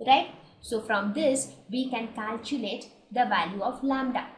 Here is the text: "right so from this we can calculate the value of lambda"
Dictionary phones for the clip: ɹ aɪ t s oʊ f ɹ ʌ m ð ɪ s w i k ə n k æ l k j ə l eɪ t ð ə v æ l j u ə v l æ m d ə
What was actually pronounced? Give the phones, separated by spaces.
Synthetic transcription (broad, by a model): ɹ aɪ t s oʊ f ɹ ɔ m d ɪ s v i k ə n k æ l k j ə l eɪ t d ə v æ l j u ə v l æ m d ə